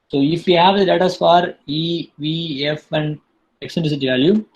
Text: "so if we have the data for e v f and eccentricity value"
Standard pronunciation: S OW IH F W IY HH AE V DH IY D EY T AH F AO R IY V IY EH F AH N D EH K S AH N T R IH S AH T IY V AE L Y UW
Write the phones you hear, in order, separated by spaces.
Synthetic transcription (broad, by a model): S OW IH F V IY HH AE V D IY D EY T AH F AO R IY V IY EH F AH N D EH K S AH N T IH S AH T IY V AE L Y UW